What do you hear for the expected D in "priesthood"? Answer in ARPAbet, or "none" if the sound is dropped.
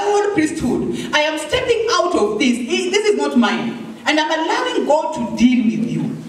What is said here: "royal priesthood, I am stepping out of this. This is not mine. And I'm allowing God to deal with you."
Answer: D